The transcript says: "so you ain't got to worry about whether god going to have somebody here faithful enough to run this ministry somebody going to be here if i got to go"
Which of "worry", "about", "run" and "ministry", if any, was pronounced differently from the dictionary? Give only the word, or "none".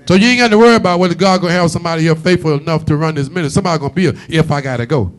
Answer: ministry